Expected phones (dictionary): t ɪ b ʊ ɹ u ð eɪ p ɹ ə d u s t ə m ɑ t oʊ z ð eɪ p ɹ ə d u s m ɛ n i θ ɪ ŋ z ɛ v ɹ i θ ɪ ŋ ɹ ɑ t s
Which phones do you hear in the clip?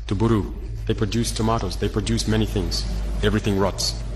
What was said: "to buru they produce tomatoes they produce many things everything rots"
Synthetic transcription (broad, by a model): t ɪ b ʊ ɹ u ð eɪ p ɹ ə d u s t ə m ɑ t oʊ z ð eɪ p ɹ ə d u s m ɛ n i θ ɪ ŋ z ɛ v ɹ i θ ɪ ŋ ɹ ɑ t s